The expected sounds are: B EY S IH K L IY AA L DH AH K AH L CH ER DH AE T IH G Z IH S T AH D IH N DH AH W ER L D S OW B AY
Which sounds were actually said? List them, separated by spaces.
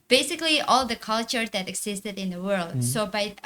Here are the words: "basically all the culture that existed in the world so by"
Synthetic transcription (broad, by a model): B EY S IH K L IY AA L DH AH K AH L CH ER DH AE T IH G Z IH S T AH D IH N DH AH W ER L D S OW B AY